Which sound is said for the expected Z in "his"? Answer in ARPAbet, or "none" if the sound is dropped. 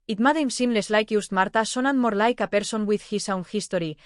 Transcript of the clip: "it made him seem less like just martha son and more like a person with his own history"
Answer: S